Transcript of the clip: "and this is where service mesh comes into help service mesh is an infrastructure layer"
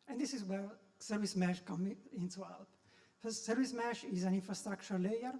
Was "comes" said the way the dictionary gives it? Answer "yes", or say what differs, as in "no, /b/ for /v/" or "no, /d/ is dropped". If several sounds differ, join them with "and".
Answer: no, /z/ is dropped